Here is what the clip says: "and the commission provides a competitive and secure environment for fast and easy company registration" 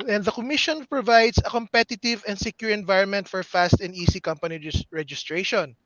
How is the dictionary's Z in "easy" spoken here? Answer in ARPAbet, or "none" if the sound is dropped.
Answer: S